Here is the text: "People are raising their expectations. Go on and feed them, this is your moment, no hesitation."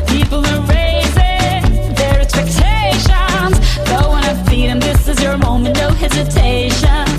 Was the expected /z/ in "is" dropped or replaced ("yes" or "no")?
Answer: no